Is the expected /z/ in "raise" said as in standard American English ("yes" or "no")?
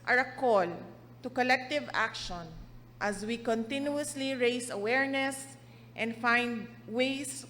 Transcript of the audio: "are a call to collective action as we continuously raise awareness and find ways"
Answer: no